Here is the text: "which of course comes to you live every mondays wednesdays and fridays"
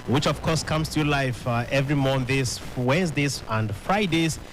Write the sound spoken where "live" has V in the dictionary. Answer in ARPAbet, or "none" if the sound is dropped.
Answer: F